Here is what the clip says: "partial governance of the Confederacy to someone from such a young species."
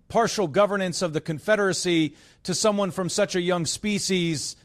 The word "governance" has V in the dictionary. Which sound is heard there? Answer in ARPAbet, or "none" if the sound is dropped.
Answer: V